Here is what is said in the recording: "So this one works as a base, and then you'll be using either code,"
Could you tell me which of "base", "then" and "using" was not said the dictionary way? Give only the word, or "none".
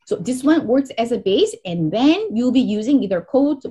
none